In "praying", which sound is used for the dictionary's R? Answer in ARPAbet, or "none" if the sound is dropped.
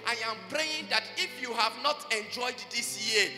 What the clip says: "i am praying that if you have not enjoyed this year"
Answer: R